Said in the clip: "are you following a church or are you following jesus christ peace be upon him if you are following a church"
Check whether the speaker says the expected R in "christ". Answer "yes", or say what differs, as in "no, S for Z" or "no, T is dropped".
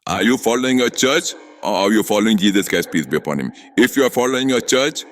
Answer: no, R is dropped